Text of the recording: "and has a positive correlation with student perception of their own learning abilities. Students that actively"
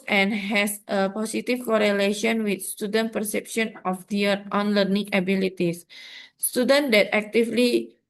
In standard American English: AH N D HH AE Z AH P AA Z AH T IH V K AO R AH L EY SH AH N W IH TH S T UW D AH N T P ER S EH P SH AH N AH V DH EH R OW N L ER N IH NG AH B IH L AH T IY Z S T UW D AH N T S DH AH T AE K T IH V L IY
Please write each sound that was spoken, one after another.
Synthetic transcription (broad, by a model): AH N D HH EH S AH P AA S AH T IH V K AO R AH L EY SH AH N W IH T S T UW D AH N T P ER S EH P SH AH N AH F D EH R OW N L ER N IH NG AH B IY L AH T IY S S T UW D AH N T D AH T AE K T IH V L IY